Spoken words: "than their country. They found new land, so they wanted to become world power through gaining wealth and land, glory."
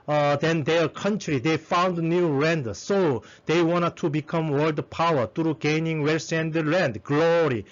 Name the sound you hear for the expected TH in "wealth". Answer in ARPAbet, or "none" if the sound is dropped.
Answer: S